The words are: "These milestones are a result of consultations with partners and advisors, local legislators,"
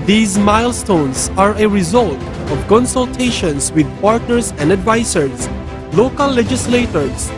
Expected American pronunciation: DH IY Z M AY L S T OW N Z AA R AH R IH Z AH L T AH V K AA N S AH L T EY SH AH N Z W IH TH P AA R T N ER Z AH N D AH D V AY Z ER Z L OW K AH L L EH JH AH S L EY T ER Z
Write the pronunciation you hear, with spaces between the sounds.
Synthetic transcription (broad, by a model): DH IY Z M AY L S T OW N S AA R AH R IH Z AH L T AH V K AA N S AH L T EY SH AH N S W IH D P AA R T N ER S AH N D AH D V AY S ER S L OW K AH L L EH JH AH S L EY T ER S